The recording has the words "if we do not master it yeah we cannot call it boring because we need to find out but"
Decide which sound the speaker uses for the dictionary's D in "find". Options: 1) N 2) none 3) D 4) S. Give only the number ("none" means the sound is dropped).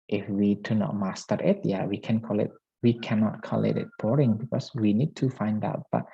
3